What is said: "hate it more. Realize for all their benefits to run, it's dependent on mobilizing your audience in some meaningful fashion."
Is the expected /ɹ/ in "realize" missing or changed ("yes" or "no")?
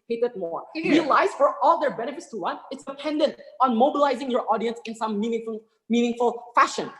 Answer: yes